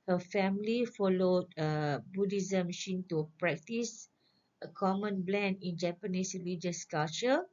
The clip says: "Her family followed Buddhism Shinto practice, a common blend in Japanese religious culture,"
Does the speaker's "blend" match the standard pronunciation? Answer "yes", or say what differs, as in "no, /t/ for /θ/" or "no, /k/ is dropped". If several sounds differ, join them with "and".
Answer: yes